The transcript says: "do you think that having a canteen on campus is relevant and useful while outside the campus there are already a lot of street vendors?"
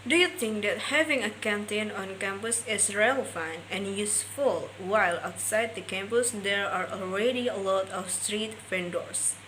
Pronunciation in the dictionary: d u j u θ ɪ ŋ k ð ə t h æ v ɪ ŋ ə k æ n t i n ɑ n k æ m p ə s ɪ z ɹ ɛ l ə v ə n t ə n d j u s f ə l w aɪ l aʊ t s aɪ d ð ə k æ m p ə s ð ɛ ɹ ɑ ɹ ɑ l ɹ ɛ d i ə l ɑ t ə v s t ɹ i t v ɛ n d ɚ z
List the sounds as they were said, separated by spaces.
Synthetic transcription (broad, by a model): d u j u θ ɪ ŋ k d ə t h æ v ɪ ŋ ə k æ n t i n ɑ n k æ m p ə s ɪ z ɹ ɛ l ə ə n ə n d j u s f ə l w aɪ l aʊ t s aɪ d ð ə k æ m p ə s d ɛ ɹ ɑ ɹ ɑ l ɹ ɛ d i ə l ɑ t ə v s t ɹ i t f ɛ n d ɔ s